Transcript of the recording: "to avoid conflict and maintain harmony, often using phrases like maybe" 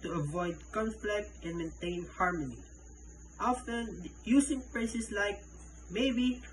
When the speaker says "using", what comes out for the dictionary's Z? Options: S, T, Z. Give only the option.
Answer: S